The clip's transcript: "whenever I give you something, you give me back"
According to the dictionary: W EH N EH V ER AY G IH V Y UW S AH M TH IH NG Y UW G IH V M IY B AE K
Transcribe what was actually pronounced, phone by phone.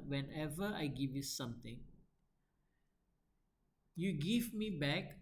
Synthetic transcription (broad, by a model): W EH N EH V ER AY G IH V Y UW S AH M T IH NG Y UW G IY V M IY B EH K